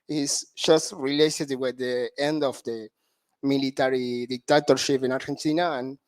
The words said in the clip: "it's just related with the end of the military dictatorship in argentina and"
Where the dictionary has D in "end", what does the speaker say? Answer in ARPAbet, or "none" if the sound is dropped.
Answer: D